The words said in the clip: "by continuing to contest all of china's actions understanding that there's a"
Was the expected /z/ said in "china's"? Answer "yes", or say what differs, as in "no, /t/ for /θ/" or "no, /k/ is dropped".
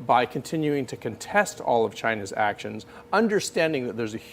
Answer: yes